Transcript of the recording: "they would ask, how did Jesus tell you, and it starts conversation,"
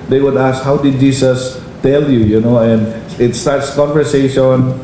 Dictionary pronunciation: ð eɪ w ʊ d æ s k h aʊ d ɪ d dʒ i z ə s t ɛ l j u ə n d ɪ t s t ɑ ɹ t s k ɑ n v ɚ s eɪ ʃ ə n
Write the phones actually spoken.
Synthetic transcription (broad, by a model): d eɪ w ʊ d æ s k h aʊ d ɪ d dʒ i s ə s t ɛ l j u ə n d ɪ t s t ɑ ɹ t s k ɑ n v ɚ s eɪ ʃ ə n